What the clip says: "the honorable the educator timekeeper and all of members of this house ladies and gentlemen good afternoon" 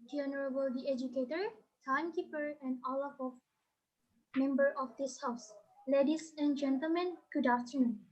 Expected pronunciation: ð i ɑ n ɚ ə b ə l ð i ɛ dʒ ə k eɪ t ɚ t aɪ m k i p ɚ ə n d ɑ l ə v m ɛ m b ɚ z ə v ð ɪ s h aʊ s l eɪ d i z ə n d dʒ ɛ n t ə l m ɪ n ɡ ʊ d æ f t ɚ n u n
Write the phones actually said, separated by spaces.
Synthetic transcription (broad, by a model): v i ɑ n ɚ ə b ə l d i ɛ dʒ ə k eɪ t ɚ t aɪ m k i p ɚ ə n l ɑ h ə f m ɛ m b ɚ ə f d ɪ s h aʊ s l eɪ d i s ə n dʒ ɛ n t ə l m ɪ n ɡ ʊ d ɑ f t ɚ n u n